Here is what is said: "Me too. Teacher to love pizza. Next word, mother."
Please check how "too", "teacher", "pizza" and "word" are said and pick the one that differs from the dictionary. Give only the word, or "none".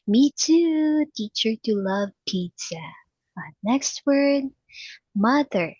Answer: pizza